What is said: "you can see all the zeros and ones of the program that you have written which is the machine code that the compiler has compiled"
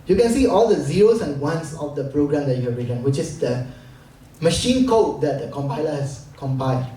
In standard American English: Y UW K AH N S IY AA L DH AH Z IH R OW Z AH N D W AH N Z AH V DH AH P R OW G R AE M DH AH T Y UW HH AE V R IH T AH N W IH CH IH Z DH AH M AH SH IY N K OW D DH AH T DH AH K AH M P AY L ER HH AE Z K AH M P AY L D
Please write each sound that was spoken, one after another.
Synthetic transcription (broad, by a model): Y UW K AH N S IY AA L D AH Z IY R OW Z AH N W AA N S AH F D AH P R OW G R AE M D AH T Y UW HH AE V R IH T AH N W IH CH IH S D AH M AH SH IY N K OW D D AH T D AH K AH M P AY L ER HH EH S K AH M P AY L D